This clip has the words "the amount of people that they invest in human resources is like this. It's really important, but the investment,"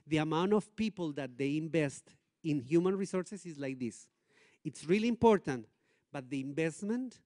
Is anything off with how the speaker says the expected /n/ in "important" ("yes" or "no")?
no